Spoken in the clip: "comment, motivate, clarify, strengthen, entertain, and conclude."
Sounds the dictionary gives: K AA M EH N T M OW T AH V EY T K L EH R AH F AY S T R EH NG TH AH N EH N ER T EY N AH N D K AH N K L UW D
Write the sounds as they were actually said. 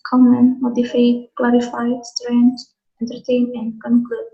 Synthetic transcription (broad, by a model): K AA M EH N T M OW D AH F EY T K L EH R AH F AY S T R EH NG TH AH N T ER T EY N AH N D K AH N K L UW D